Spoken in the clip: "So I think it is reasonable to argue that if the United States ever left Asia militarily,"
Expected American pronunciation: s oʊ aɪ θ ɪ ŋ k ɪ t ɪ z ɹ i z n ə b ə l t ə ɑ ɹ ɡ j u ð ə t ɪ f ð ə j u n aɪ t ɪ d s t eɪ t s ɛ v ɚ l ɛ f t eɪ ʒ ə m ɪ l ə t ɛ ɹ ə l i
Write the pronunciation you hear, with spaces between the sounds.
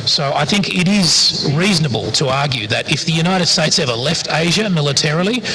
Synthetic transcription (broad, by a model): s oʊ aɪ θ ɪ ŋ k ɪ t ɪ z ɹ i z n ə b ə l t ə ɑ ɹ ɡ j u ð ə t ɪ f ð ə j u n aɪ t ɪ d s t eɪ t s ɛ v ɚ l ɛ f t eɪ ʒ ə m ɪ l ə t ɛ ɹ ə l i